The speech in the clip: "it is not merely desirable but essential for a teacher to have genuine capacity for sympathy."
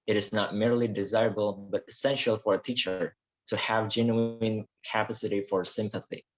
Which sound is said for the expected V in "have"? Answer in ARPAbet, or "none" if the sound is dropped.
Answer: V